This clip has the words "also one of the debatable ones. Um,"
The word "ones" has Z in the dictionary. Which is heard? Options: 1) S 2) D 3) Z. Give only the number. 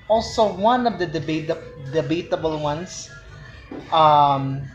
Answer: 1